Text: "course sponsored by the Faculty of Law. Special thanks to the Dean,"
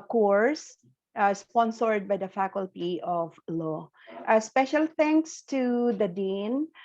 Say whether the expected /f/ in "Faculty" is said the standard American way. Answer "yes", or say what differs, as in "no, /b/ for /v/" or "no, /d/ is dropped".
yes